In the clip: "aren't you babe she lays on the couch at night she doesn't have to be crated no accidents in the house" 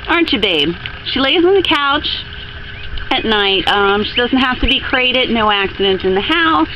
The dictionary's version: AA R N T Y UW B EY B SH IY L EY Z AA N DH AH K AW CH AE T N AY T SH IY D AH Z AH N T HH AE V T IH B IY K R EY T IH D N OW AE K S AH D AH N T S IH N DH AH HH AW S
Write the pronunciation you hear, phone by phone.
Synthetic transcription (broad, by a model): AA R N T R B EY B SH IY L EY Z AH N DH AH K AW CH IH T N AY T SH IY D AH Z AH N T HH AE F T IH B IY K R EY T IH D N OW AE K S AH D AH N T IH N DH AH HH AW S